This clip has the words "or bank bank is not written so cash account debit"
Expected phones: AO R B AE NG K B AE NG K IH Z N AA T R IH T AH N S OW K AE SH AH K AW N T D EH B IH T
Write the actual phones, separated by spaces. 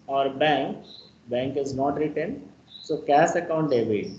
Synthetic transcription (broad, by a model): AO R B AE NG K B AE NG K IH Z N AA T R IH T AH N S OW K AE S AH K AW N T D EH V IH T